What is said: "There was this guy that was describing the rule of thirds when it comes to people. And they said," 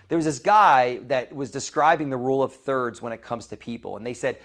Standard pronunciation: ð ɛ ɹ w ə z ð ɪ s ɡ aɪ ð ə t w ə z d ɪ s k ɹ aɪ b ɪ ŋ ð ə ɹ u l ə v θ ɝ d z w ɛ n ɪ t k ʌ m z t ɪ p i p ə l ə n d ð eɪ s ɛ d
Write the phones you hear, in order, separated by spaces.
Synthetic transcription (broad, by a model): ð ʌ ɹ w ə z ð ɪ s ɡ aɪ ð ə t w ə z d ɪ s k ɹ aɪ b ɪ ŋ ð ə ɹ u l ə v θ ɝ d z w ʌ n ɪ t k ʌ m z t ɪ p i p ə l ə n ð eɪ s ɛ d